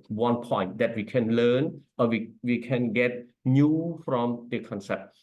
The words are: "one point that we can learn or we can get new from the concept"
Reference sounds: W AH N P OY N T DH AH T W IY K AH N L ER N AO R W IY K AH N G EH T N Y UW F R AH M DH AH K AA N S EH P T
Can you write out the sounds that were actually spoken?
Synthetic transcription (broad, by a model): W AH N P OY N T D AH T W IY K AH N L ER N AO W W IY K AH N G EH T N Y UW F R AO M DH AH K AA N S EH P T